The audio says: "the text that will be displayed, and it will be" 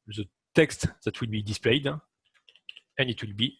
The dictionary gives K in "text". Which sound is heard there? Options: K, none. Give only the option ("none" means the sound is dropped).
K